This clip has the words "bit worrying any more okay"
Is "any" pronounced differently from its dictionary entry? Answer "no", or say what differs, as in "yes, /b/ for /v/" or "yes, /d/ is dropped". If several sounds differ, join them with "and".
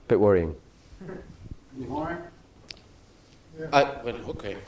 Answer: yes, /n/ is dropped